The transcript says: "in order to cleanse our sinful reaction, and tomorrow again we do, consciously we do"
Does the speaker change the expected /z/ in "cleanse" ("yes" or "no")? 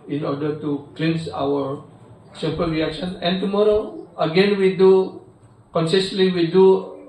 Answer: yes